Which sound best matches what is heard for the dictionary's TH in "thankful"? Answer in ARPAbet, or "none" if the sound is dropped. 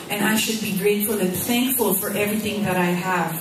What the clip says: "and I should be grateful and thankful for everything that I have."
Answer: TH